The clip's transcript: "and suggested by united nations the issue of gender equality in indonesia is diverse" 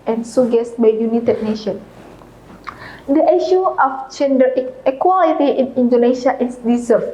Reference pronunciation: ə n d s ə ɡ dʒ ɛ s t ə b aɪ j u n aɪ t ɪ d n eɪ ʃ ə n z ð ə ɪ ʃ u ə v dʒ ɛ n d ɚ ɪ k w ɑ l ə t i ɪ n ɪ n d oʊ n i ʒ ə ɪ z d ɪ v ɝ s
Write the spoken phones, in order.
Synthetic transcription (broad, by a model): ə n s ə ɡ ɛ s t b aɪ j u n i t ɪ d n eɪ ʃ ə n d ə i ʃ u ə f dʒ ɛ n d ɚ ɪ k w ɑ l ə t i ɪ n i n d oʊ n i ʃ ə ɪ s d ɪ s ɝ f